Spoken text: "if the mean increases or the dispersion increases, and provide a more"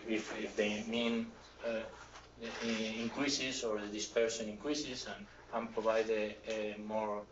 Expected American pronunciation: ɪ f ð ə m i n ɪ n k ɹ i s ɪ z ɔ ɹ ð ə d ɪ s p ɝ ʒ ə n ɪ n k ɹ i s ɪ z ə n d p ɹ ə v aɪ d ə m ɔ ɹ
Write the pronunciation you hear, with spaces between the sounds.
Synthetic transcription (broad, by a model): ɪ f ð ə m i n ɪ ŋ k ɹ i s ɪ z ɔ ɹ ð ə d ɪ s p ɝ s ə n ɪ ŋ k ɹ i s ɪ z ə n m p ɹ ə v aɪ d ə m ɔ ɹ